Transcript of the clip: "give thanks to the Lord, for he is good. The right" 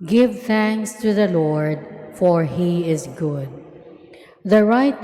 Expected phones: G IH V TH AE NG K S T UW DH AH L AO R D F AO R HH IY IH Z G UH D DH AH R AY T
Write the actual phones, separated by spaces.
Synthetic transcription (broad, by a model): G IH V TH AE NG K S T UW DH AH L AO R D F AO R HH IY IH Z G UH D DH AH R AY T